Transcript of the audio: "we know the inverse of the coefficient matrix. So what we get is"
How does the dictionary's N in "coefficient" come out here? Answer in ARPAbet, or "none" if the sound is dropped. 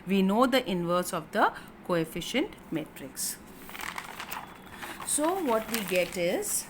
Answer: N